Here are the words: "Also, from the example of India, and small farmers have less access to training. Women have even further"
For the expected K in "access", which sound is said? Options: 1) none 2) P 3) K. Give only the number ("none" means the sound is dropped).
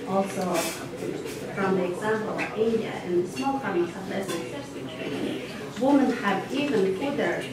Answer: 1